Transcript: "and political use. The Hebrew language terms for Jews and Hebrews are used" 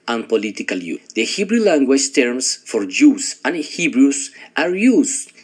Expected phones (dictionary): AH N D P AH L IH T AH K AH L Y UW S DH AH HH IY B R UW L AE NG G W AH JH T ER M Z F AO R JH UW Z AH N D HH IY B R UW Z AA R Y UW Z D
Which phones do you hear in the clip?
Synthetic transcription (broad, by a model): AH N P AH L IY T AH K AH L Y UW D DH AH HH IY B R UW L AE NG G W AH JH T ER M S F AO R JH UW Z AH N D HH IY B R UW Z AA R Y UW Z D